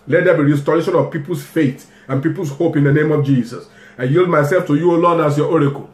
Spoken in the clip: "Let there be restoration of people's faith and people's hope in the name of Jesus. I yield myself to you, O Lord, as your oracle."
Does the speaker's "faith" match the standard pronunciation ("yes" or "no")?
no